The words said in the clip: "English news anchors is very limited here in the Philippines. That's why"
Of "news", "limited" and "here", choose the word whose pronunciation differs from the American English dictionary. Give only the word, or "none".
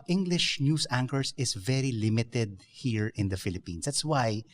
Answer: news